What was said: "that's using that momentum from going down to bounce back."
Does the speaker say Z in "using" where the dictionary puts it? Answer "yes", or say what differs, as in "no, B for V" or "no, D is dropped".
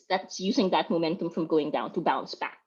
yes